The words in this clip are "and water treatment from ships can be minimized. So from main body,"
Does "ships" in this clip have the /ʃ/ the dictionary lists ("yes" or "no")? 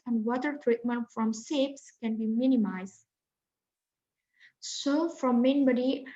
no